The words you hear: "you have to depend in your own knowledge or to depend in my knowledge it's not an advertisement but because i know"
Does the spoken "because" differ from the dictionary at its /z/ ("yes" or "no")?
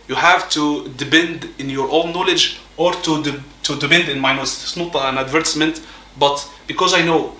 no